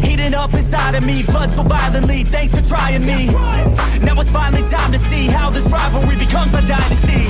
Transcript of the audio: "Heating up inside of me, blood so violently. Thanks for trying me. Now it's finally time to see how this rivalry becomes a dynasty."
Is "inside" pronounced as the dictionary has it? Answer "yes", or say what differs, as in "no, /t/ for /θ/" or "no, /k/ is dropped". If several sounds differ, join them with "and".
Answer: no, /n/ is dropped